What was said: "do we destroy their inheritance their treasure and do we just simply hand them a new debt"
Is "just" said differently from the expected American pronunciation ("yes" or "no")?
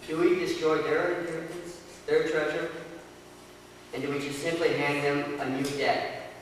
yes